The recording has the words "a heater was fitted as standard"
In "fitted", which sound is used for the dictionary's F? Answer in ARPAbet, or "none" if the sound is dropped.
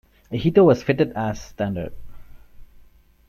F